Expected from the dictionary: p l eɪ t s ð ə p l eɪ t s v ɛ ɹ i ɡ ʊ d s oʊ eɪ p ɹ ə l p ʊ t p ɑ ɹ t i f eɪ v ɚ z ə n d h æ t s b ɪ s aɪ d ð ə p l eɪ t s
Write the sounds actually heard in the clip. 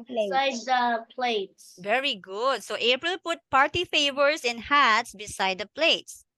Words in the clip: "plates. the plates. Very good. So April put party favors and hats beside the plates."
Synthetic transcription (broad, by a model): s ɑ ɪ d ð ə p l eɪ t s v ɛ ɹ i ɡ ʊ d s oʊ eɪ p ɹ ə l p ʊ t p ɑ ɹ t i f eɪ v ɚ s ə n h æ t s b ɪ s aɪ d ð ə p l eɪ t s